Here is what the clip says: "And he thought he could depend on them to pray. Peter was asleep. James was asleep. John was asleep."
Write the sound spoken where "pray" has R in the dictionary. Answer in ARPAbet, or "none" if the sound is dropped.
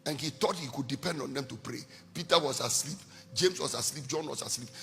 R